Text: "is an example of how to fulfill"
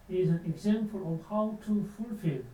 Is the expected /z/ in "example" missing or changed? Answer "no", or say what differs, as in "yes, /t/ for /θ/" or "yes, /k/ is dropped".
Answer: yes, /s/ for /z/